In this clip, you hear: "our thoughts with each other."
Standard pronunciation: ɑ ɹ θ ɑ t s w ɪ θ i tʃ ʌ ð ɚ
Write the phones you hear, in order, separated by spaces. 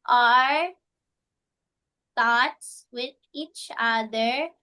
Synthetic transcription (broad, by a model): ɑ ɹ t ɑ t s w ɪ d i tʃ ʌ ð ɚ